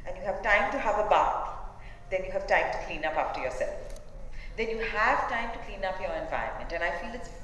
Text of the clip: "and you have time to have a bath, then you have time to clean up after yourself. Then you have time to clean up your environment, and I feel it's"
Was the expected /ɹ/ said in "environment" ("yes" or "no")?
no